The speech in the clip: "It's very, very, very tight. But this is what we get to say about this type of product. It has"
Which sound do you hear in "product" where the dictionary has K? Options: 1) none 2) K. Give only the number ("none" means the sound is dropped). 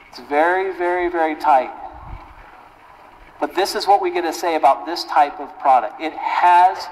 2